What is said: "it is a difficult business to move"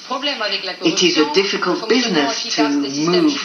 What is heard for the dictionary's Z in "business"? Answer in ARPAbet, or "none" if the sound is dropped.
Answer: Z